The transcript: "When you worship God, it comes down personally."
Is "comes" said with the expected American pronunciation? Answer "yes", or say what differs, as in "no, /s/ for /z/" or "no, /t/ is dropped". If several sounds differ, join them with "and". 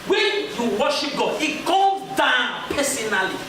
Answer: no, /m/ is dropped